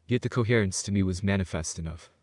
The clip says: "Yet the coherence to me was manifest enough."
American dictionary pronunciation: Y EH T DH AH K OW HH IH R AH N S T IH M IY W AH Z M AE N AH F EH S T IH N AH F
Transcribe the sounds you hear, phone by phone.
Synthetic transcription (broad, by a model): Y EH T DH AH K OW HH IH R AH N S T IH M IY W AH Z M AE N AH F EH S T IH N AH F